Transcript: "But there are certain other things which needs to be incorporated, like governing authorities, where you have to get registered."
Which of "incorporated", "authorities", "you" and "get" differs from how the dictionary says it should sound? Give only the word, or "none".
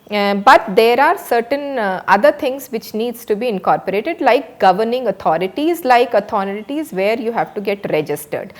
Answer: authorities